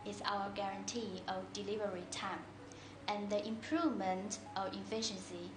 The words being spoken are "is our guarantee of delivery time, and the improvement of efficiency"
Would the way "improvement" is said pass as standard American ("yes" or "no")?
yes